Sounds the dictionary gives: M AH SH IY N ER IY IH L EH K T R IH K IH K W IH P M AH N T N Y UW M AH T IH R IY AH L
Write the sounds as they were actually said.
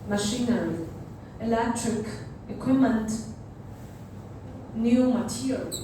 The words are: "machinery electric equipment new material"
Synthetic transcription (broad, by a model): M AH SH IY N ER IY IH L EH K T R IH K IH K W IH M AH N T N Y UW M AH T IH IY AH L